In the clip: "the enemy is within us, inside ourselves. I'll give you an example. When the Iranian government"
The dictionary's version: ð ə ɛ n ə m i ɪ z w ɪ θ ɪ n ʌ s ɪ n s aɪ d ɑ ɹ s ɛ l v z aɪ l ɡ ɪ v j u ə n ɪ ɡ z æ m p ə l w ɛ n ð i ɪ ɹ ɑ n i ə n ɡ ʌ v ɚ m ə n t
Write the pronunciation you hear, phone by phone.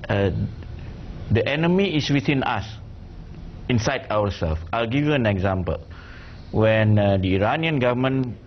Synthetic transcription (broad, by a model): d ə ɛ n ə m i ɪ s w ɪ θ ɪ n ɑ s ɪ n s aɪ d ɑ w s ɛ l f aɪ l ɡ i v j u ə n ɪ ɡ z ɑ m p ə l w ɛ n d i ɪ ɹ ɑ n i ə n ɡ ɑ v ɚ m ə n